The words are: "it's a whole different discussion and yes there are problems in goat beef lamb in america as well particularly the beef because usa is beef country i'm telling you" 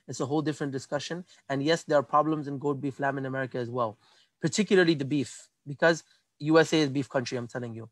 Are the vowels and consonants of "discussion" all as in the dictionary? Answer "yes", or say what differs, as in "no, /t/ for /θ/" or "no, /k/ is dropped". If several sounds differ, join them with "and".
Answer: yes